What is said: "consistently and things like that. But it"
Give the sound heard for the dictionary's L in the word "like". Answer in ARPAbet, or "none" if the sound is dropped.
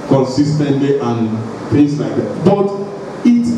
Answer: L